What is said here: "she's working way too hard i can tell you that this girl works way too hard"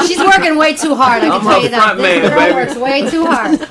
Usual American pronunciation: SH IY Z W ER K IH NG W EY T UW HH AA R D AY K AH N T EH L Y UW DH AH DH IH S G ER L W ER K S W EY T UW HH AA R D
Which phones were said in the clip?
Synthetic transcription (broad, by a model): SH IY Z W ER K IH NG W EY T UW HH AA R D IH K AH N S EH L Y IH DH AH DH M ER W ER K S W EY T UW HH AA R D